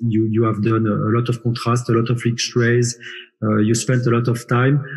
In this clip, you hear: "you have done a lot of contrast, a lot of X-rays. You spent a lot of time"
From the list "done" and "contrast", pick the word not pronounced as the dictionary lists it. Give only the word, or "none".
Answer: contrast